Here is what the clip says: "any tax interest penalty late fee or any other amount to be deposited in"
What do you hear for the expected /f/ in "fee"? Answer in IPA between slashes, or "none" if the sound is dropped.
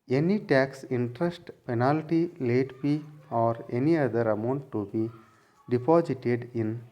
/p/